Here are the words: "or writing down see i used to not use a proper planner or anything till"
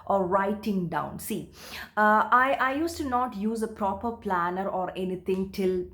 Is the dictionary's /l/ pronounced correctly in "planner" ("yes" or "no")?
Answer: yes